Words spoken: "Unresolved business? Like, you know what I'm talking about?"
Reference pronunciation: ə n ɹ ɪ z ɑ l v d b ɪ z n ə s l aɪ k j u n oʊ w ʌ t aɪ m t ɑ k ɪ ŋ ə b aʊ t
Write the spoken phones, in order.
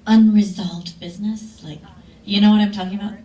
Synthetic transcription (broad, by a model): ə n ɹ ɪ z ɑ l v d b ɪ z n ə s l aɪ k j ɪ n oʊ w ʌ t aɪ m t ɑ k ɪ ŋ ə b aʊ t